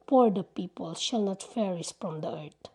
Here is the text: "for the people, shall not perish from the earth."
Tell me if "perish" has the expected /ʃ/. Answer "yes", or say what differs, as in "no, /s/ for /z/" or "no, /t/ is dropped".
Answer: no, /s/ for /ʃ/